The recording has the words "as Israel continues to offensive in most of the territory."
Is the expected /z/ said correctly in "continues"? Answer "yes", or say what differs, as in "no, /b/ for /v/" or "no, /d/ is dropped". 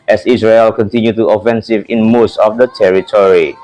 no, /z/ is dropped